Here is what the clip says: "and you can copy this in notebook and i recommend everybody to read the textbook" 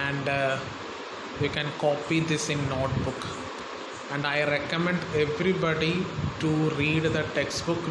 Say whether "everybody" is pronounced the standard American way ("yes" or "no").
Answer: yes